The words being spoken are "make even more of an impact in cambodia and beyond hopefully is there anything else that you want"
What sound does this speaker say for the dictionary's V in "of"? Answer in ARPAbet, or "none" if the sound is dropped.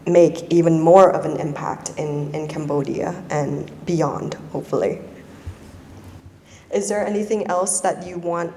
V